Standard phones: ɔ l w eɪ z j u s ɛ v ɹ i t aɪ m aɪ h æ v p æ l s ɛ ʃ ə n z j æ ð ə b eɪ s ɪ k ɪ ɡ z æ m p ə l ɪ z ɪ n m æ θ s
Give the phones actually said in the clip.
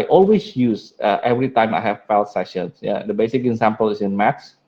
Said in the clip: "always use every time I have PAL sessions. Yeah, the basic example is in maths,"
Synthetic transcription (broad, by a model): ɔ l w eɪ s j u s ɛ v ɹ i t aɪ m aɪ h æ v f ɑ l s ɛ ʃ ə n s j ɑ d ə b eɪ s ɪ k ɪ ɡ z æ m p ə l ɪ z ɪ n m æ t s